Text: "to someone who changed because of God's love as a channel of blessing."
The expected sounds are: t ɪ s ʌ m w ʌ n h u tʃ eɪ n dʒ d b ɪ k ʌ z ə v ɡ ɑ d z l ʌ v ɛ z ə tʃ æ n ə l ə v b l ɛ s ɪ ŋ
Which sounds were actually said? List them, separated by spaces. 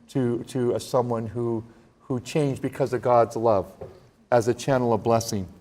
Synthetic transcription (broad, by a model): t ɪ s ʌ m w ʌ n h u tʃ eɪ n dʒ b ɪ k ʌ z ə v ɡ ɑ d z l ʌ v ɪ z ə tʃ æ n l ə v b l ɛ s ɪ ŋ